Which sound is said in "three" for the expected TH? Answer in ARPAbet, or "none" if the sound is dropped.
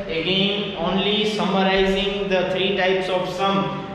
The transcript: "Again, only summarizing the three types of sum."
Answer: T